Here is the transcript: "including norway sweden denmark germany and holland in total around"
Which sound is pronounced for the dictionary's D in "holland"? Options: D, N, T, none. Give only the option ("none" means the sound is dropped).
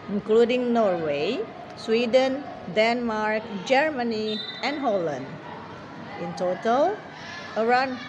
D